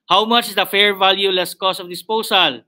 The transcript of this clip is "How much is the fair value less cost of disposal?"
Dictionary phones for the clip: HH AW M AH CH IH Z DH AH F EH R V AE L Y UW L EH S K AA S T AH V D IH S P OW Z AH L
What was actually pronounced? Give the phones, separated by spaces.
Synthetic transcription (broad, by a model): HH AW M AH CH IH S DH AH F EH R V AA L Y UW L EH S K AA S T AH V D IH S P OW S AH L